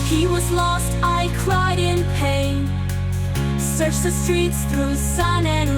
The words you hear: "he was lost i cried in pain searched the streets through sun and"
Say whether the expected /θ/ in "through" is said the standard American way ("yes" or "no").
yes